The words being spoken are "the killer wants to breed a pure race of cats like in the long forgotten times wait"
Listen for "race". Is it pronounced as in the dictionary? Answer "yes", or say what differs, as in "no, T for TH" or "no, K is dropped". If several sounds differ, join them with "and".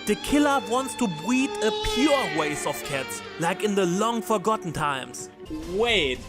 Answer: no, W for R